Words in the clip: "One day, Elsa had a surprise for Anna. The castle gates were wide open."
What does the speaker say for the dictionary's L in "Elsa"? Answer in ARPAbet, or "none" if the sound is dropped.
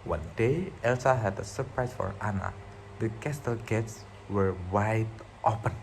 L